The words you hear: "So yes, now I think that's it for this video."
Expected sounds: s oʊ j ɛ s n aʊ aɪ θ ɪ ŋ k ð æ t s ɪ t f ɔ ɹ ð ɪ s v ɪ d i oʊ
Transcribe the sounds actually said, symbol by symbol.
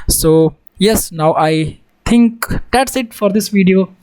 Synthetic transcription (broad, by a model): s oʊ j ɛ s n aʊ aɪ t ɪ ŋ k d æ t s ɪ t f ɔ ɹ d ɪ s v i d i oʊ